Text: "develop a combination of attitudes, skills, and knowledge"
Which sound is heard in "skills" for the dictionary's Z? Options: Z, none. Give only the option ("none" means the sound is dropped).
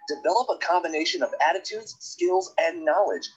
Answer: Z